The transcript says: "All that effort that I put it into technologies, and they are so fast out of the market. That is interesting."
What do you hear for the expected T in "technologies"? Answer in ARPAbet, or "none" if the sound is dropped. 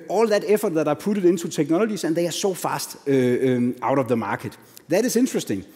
S